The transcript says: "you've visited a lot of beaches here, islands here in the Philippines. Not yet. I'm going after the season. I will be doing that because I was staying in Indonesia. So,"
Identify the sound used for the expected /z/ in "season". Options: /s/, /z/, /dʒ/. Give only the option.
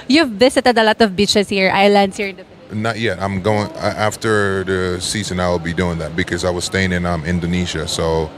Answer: /z/